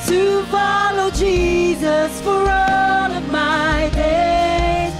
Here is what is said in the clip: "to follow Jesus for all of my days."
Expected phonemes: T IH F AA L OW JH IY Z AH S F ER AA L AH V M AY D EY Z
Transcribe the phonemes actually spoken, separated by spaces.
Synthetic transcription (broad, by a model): T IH F AA L OW JH IY Z AH S F ER AA L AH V M AY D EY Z